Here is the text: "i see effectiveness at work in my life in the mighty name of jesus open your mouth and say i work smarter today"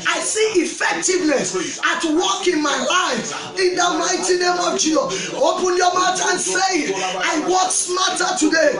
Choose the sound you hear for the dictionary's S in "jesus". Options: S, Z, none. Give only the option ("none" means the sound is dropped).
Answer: none